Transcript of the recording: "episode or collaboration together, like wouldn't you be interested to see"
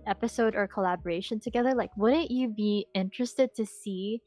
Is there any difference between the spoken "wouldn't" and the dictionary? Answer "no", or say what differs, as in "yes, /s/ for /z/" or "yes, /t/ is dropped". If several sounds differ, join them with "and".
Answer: yes, /n/ is dropped